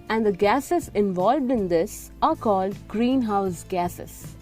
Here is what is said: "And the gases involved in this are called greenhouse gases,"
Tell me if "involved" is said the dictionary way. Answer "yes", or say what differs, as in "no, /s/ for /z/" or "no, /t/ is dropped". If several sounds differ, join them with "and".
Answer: yes